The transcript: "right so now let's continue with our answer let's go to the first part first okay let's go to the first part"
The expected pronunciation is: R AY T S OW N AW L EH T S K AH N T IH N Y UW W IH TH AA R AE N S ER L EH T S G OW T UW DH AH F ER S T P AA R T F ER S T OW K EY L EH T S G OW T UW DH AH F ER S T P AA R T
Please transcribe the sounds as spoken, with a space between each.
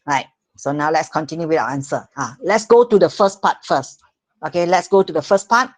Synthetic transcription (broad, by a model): R AY T S OW N AW L EH T S K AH N T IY N Y UW W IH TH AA W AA N S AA L EH T S G OW T UW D AH F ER S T P AA T F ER S T OW K EY L EH T S G OW T UW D AH F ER S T P AA T